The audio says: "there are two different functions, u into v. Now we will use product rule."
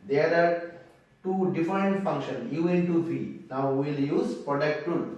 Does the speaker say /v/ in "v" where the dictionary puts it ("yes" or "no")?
no